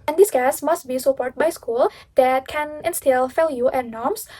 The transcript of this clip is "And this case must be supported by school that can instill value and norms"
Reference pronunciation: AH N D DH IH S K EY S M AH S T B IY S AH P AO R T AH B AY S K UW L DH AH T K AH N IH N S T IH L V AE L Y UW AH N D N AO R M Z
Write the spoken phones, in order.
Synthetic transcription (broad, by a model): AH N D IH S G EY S M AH S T B IY S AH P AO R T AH B AY S K UW L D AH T K AH N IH N S T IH L F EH L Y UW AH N N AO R M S